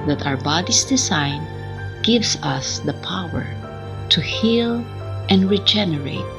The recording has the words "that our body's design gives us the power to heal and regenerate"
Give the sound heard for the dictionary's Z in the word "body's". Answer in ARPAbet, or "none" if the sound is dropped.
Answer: S